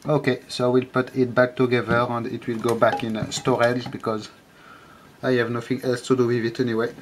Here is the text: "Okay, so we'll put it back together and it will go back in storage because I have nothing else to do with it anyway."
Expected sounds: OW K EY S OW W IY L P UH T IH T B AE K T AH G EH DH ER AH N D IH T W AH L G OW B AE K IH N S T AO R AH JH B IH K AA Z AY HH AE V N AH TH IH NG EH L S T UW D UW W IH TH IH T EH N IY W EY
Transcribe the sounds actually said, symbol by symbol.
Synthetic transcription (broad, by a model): OW K EY S OW W IY L P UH T IH T B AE K T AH G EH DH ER AH N D IH T W AH L G OW B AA K IH N S T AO R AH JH B IH K AA Z AY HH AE V N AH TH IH NG EH L S T UW D UW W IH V IH T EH N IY W EY